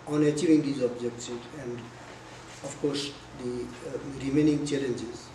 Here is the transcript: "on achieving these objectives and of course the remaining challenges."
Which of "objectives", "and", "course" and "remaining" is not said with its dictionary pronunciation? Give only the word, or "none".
objectives